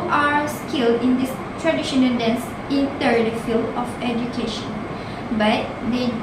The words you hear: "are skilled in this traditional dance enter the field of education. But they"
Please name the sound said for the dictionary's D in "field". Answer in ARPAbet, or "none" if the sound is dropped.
none